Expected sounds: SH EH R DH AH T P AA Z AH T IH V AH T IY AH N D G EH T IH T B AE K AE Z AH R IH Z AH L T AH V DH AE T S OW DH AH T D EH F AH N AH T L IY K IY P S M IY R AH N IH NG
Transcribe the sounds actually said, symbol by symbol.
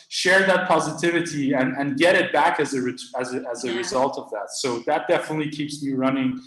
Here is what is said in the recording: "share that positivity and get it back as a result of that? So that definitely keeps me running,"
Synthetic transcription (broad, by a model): SH EH R DH AH T P AA Z AH T IH V AH T IY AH N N G EH T IH T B AE K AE Z AH R IH Z AH L T AH V DH AE T S OW DH AH T D EH F AH N AH T L IY K IY P S M IY R AH N IH NG